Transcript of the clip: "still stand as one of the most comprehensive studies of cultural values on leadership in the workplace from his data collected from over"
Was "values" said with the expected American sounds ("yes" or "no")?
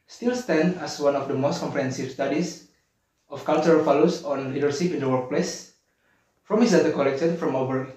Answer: no